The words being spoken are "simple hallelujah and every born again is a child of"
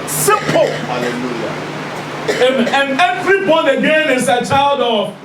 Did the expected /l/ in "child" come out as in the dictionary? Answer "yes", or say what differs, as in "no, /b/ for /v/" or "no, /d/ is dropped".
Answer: yes